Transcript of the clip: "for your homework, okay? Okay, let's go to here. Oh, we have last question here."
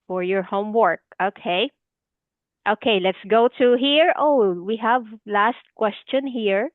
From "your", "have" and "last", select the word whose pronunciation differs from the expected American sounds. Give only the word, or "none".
none